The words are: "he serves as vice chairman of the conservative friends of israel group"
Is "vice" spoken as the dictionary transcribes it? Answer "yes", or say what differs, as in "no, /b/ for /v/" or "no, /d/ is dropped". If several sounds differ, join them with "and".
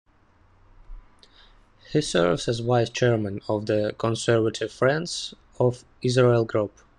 no, /w/ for /v/